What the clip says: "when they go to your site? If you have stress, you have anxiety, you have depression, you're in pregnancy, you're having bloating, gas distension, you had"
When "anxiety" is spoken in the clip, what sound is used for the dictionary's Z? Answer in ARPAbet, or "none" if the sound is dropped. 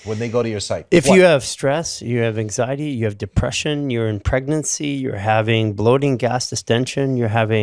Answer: Z